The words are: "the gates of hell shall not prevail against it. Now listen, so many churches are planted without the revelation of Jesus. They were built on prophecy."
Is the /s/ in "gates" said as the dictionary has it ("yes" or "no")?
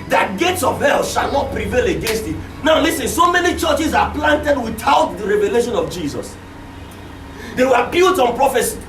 yes